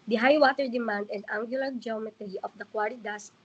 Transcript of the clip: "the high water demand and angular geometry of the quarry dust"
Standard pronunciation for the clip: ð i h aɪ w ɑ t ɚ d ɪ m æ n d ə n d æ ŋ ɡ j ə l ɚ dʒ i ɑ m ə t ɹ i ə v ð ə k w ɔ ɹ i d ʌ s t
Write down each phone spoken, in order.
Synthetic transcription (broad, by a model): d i h aɪ w ɑ t ɚ d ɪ m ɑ n d ə n d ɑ ŋ ɡ j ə l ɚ dʒ i ɑ m ə t ɹ i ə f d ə k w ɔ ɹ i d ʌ s